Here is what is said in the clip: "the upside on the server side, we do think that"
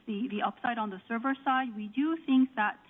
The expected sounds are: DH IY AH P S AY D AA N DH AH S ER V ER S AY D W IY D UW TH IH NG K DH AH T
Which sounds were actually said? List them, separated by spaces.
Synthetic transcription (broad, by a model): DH IY AH P S AY D N DH AH S ER V ER S AY D W IY D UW TH IH NG K DH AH T